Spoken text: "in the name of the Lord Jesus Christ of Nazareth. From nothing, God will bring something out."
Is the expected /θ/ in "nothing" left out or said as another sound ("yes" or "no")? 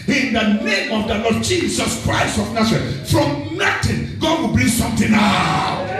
yes